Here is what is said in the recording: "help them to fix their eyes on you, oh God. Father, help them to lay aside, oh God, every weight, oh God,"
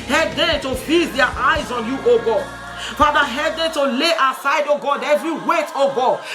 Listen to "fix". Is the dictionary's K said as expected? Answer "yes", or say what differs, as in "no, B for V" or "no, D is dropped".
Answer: no, K is dropped